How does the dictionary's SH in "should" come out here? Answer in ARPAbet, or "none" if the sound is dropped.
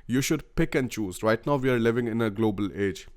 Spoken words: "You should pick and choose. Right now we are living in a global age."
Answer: SH